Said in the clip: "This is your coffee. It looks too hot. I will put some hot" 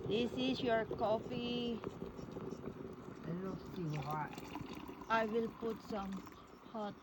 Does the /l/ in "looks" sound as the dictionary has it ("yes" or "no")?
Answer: no